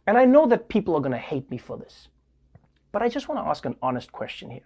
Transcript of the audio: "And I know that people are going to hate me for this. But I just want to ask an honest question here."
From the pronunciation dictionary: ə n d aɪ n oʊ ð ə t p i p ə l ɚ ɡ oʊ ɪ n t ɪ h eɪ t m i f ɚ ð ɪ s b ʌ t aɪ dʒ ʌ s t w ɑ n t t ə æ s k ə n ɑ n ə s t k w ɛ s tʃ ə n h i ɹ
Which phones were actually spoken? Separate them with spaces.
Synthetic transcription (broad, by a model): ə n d aɪ n oʊ ð ə t p i p l ɚ ɡ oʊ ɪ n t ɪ h eɪ t m i f ɚ ð ɪ s b ʌ t aɪ dʒ ʌ s t w ɑ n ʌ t æ s k ə n ɑ n ə s t k w ɛ s tʃ ə n h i ɹ